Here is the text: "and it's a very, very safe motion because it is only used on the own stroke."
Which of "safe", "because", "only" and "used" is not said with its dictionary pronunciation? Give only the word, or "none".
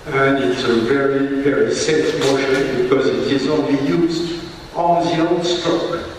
none